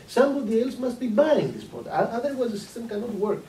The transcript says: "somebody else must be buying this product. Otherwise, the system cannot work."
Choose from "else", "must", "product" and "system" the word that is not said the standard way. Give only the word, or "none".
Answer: product